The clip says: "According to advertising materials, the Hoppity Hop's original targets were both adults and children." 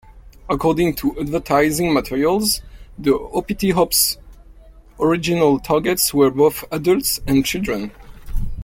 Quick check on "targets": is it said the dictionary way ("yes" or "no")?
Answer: yes